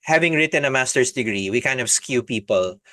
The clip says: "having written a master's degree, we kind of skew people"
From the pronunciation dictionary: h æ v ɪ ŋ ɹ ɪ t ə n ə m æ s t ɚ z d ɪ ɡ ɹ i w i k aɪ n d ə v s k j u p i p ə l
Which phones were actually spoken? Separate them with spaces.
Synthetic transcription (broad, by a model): h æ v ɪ ŋ ɹ ɪ t ə n ə m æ s t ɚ s d ɪ ɡ ɹ i w i k aɪ n d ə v s k j u p i p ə l